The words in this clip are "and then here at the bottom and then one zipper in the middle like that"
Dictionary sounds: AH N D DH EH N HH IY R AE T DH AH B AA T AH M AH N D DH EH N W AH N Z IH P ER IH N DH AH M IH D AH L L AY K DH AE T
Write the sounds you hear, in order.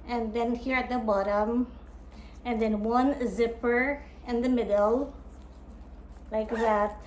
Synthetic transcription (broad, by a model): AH N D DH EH N HH IY R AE T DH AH B AA T AH M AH N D DH EH N W AH N Z IH P ER IH N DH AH M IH D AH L L AY K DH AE T